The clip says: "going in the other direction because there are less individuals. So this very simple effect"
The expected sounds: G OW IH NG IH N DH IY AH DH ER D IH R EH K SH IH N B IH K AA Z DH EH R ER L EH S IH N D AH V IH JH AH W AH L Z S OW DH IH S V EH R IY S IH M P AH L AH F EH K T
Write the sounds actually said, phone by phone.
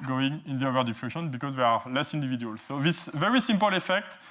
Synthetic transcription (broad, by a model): G OW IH NG IH N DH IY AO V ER D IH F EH SH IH N B IH K AA Z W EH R L EH S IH N D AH V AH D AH L S OW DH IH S V EH R IY S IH M P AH L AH F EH K T